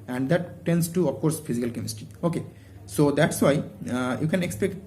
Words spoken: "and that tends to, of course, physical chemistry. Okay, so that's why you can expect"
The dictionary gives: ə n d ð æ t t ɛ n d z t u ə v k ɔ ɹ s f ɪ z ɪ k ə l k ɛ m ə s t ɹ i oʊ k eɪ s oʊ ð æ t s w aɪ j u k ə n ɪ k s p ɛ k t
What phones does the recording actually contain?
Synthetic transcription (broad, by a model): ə n d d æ t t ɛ n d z t u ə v k ɔ ɹ s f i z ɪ k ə l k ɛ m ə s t i oʊ k eɪ s oʊ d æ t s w aɪ j u k ə n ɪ k s p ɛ k t